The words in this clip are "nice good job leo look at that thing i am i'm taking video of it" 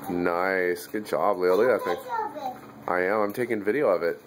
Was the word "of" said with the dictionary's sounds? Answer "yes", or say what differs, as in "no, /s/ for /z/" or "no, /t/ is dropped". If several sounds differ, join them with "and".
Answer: yes